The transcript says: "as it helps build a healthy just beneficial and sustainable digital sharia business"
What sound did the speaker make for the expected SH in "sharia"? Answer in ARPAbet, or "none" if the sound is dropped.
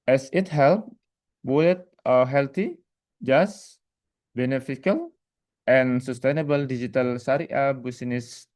S